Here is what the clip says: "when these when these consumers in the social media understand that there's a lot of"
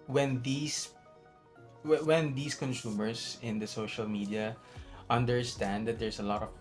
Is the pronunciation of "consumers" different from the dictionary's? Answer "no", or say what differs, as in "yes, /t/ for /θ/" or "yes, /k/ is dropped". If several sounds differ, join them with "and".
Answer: yes, /s/ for /z/